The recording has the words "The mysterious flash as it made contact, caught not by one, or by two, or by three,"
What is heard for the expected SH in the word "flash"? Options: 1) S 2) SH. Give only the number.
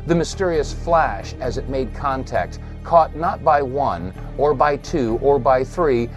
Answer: 2